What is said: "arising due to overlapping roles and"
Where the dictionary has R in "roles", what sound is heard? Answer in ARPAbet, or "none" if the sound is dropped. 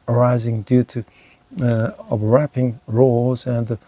R